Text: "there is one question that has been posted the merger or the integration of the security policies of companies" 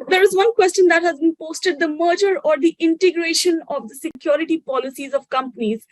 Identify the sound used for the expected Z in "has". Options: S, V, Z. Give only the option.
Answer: Z